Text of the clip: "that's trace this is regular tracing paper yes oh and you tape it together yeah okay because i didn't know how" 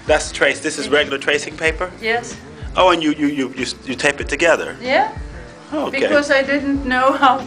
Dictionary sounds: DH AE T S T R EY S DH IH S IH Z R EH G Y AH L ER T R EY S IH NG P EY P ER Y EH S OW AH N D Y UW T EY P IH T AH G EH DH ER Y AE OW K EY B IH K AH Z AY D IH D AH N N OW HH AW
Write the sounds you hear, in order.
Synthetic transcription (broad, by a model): DH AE T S T R EY S DH IH S IH Z R EH G Y L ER T R EY S IH NG P EY P ER Y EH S OW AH N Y Y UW T EY P IH T AH G EH DH ER Y AE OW UH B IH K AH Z AY D IH D N N OW HH AW